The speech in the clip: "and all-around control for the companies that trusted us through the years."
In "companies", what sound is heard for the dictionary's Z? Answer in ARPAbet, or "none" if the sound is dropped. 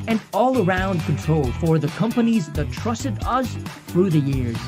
Z